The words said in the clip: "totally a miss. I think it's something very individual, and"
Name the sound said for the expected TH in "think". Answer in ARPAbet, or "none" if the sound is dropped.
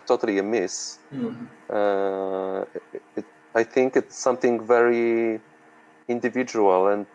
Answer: TH